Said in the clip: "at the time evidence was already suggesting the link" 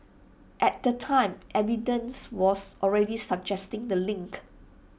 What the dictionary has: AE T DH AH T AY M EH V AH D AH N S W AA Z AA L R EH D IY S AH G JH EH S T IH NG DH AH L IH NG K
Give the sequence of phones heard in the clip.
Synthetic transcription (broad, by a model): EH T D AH T AY M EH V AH D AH N S W AA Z AA L R EH D IY S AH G JH EH S T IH NG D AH L IH NG K